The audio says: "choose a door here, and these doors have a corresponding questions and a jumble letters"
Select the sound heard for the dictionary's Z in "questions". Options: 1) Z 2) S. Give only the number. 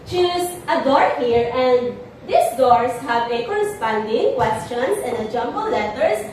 2